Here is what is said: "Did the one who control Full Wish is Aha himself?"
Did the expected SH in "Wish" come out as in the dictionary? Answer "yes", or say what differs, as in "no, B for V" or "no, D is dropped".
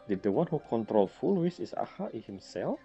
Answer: no, S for SH